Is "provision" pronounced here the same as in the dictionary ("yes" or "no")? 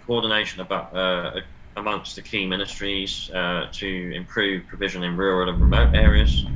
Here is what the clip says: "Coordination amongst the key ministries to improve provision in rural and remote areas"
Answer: yes